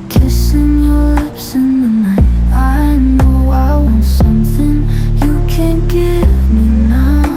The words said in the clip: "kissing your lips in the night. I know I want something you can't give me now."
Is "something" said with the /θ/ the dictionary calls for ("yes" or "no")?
yes